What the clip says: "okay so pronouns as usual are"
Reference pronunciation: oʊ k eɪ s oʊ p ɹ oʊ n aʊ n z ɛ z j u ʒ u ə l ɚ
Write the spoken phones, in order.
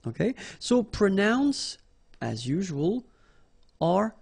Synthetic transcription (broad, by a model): oʊ k eɪ s oʊ p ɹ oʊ n aʊ n s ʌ z j u ʒ u ə l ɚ